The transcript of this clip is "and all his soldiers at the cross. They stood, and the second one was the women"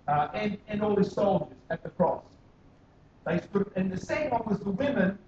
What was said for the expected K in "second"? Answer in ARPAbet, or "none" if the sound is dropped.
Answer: none